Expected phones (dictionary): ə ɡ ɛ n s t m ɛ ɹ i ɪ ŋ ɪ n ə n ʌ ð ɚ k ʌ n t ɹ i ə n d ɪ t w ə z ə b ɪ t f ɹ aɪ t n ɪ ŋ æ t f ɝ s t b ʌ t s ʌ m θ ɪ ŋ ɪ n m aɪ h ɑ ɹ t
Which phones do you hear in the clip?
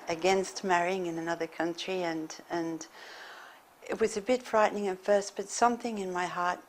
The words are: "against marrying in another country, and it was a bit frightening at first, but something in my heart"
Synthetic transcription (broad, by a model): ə ɡ ɛ n s t m ɛ ɹ i ɪ ŋ ɪ n ə n ʌ ð ɚ k ʌ n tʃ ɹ i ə n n ɪ t w ə z ə b ɪ t f ɹ aɪ t n ɪ ŋ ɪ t f ɝ s t b ʌ t s ʌ m θ ɪ ŋ ɪ n m aɪ h ɑ ɹ t